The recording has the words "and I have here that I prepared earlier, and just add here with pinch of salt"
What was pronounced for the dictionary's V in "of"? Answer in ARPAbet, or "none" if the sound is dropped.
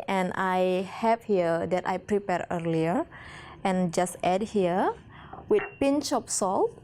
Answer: P